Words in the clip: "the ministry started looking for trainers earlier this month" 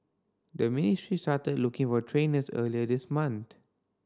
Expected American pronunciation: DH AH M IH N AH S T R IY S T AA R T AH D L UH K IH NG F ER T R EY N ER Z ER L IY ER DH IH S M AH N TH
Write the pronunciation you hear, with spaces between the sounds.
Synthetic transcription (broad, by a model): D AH M IH N AH S T R IY S T AA T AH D L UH K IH NG F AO T R EY N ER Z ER L IY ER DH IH S M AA N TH